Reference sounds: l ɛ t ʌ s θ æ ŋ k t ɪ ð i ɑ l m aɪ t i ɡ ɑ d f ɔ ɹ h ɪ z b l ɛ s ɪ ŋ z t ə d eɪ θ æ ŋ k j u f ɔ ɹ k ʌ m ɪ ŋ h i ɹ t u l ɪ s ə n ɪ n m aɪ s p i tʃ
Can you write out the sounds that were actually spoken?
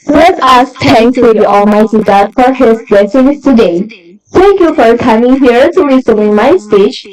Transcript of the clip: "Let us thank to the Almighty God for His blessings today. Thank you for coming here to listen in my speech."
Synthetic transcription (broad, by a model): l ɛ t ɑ s t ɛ ŋ k s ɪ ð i ɑ l m aɪ t i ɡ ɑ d f ɔ ɹ h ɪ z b l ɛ s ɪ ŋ s t ə d eɪ t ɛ ŋ k j u f ɔ ɹ k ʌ m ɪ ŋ h i ɹ t u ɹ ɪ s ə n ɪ m aɪ s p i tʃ